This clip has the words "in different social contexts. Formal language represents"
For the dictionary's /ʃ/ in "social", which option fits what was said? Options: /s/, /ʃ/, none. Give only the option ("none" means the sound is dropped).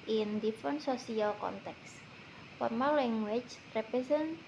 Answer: /s/